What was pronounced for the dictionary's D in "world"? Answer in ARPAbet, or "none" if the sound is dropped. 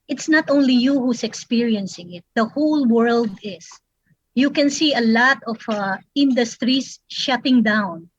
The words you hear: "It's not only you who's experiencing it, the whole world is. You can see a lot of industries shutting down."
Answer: D